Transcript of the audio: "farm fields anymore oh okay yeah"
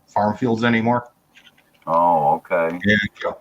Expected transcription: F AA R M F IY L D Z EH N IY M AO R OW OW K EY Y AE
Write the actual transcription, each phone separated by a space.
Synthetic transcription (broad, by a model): F AA R M F IY L D Z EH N IY M AO R OW OW K EY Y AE